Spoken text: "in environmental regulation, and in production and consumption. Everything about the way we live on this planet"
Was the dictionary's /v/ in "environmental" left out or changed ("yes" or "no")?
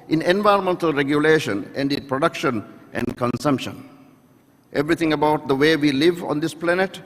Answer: no